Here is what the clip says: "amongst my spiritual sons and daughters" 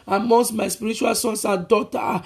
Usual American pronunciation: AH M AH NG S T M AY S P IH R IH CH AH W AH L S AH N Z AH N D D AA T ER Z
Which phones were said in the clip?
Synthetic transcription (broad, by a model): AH M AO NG S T M AY S P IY R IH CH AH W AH L S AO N S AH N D D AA T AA